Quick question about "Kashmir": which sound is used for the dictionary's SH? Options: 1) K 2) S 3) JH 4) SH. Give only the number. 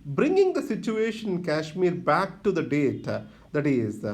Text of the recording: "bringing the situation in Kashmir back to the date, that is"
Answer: 4